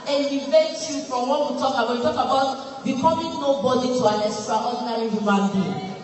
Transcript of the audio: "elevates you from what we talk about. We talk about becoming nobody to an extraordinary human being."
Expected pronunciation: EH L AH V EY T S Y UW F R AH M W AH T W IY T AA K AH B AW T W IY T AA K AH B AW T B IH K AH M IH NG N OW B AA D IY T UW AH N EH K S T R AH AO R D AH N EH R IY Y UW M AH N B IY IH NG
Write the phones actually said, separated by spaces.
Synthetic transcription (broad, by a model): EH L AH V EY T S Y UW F R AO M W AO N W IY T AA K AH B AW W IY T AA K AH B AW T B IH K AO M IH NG N OW B AA D IY T UW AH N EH S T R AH AO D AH N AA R IY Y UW M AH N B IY